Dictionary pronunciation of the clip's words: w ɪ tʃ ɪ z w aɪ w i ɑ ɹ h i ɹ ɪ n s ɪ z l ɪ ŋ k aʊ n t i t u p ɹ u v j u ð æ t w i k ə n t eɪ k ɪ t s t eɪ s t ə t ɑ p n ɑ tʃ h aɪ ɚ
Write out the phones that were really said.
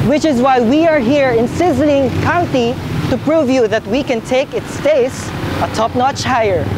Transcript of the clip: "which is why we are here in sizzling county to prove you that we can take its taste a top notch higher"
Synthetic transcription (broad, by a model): w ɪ tʃ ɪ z w aɪ w i ɑ ɹ h i ɹ ɪ n s ɪ z l ɪ ŋ k aʊ n t i t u p ɹ u v j u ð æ t w i k ə n t eɪ k ɪ t s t eɪ s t ə t ɑ p n ɑ tʃ h aɪ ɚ